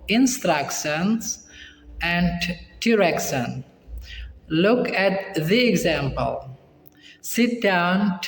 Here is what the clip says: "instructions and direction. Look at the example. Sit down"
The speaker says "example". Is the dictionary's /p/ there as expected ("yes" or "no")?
yes